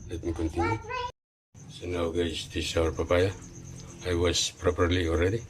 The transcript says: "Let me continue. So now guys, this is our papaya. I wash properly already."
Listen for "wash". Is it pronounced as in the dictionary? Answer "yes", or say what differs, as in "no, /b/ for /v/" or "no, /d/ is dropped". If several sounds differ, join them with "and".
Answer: no, /s/ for /ʃ/